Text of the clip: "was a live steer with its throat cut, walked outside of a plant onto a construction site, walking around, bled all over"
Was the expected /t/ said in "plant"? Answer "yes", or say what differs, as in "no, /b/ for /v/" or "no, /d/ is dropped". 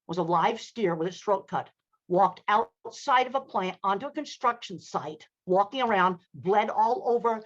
yes